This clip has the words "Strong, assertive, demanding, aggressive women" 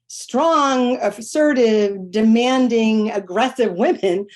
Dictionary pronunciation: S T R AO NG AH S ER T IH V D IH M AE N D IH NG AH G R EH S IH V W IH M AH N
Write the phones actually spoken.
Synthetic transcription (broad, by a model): S T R AO NG AH S ER T IH V D IH M AE N D IH NG AH G R EH S IH V W IH M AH N